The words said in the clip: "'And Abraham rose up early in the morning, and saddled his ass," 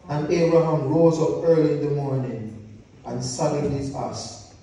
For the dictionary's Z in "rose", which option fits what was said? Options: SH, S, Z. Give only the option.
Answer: Z